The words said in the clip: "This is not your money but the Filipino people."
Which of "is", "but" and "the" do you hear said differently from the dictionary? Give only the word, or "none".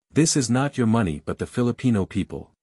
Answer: none